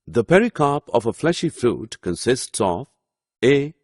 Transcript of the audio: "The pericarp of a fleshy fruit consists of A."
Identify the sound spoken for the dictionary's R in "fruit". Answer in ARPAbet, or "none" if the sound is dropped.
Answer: R